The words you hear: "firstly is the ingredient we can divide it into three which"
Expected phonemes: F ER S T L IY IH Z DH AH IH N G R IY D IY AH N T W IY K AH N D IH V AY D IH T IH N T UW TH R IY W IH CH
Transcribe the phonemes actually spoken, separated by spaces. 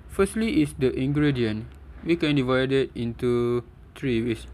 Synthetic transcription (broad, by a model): F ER S T L IY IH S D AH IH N G R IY D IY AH N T W IY K AH N D IH V AY D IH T IH N T UW T R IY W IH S